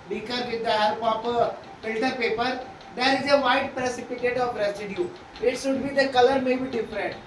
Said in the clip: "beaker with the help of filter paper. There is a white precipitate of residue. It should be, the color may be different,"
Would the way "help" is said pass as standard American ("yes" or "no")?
no